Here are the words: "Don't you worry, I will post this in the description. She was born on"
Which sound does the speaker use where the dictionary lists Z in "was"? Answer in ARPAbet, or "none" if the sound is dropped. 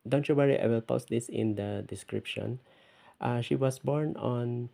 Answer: S